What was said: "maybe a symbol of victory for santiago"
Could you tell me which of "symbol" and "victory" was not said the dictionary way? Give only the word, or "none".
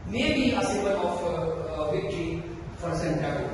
symbol